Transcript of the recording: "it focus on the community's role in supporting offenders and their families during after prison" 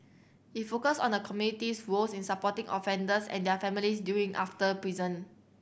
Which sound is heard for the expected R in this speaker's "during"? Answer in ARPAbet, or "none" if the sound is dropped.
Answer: none